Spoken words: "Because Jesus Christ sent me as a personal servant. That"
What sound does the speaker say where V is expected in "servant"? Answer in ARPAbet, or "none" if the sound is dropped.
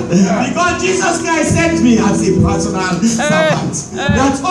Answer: B